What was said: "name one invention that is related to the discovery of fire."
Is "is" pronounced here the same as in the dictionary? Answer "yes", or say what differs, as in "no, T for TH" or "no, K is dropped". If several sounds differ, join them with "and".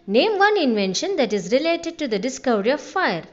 yes